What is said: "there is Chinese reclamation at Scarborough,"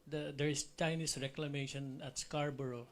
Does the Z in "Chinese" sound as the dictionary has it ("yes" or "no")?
no